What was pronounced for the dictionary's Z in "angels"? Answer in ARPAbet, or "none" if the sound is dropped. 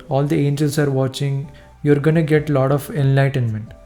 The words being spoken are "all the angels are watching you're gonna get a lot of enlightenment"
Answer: S